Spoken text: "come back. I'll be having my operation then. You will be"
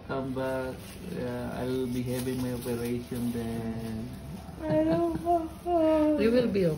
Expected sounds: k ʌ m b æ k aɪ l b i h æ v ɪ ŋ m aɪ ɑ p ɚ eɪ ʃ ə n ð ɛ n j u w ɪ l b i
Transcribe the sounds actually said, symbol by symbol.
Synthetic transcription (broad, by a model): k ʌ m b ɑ aɪ l b i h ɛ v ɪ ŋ m aɪ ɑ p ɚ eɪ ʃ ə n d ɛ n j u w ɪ l b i